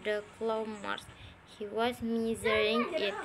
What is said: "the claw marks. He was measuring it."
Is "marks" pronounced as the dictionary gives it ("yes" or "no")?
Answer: no